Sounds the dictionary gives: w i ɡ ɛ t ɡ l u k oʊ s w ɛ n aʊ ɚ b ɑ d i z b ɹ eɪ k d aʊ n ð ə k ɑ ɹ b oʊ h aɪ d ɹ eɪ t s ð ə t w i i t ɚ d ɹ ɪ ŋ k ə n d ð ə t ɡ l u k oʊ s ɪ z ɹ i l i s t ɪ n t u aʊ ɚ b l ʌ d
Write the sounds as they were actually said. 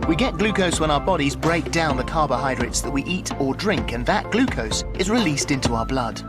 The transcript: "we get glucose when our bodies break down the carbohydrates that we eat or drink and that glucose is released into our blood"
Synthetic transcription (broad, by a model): w i ɡ ɛ t ɡ l u k oʊ s w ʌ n aʊ ɚ b ɑ d i z b ɹ eɪ k d aʊ n ð ə k ɑ ɹ b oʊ h aɪ d ɹ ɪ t s ð ə t w i i t ɚ d ɹ ɪ ŋ k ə n ð ə t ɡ l u k oʊ s ɪ z ɹ i l i s t ɪ n t u aʊ ɚ b l ʌ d